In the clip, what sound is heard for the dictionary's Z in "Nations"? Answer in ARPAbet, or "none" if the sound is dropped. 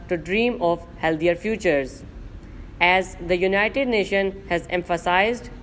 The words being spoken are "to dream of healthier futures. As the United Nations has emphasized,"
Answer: none